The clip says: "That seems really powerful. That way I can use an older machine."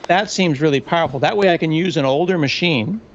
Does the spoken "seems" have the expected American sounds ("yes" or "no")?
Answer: yes